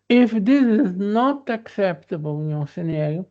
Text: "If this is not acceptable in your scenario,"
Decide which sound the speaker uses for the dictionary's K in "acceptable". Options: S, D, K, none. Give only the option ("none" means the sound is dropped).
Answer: K